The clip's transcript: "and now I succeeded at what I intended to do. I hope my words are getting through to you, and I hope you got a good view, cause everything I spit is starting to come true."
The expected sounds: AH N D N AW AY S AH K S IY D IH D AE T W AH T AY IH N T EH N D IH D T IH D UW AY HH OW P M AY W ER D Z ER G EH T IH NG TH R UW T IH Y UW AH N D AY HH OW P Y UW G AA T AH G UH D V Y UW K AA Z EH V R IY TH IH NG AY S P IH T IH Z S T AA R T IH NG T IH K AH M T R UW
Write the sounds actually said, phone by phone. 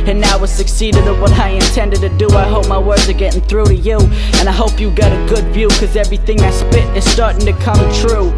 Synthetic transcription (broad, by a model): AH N N AW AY S AH K S IY D IH D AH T W AH T AY IH N T EH N D IH D T IH D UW AY HH OW P M AY W ER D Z ER G EH T IH NG TH R UW T IH Y UW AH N AY HH OW P Y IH G AA T AH G UH D V Y UW K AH Z EH V R IY TH IH NG AY S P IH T IH Z S T AA R T IH NG T IH K AH M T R UW